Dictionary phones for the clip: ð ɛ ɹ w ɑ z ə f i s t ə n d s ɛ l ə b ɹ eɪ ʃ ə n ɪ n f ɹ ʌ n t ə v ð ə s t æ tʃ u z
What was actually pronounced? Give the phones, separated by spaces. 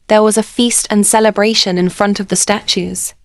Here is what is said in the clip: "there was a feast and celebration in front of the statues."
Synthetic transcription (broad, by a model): ð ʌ w ɑ z ə f i s t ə n s ɛ l ə b ɹ eɪ ʃ ə n ɪ n f ɹ ʌ n t ə v ð ə s t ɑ tʃ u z